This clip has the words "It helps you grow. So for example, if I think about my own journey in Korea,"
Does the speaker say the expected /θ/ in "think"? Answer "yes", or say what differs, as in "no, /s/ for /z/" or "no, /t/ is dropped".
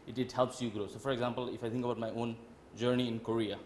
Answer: no, /t/ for /θ/